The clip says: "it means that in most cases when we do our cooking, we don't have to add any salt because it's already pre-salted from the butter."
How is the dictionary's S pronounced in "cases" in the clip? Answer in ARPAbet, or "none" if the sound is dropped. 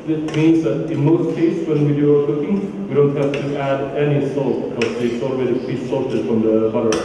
none